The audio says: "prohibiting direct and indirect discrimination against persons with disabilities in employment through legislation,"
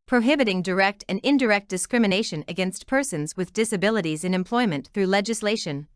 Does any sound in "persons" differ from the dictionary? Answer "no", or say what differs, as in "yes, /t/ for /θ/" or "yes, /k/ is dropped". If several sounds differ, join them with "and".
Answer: no